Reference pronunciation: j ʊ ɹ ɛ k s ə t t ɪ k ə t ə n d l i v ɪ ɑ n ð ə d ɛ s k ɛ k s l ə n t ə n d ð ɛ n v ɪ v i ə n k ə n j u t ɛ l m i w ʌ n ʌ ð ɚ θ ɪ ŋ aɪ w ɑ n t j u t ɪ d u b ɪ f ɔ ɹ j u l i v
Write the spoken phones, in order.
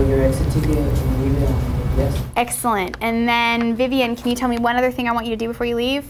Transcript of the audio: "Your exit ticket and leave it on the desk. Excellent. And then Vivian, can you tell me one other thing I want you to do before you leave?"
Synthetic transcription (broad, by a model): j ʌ ɹ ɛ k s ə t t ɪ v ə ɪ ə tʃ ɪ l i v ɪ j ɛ s ɛ k s l ə n t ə n ð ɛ n v ɪ v i ə n k n j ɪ t ɛ l m i w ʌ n ʌ ð ɚ θ ɪ ŋ aɪ w ɑ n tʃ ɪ t ɪ d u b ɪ f ɔ ɹ j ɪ l i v